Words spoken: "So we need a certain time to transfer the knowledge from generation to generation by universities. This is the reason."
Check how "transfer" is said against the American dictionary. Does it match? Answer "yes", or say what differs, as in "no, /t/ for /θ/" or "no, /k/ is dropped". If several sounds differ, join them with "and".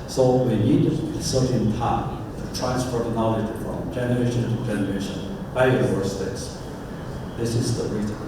no, /p/ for /f/